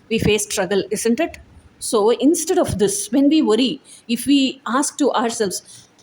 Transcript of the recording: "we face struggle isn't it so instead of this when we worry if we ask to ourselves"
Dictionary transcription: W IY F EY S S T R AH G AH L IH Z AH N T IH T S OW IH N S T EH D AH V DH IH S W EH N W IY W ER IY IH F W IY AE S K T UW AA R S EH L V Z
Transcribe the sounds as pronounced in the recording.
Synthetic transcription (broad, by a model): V IY F EY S S T R AH G AH L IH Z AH N T IH T S OW IH N S T EH D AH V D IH S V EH N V IY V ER IY IH F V IY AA S K T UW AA R S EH L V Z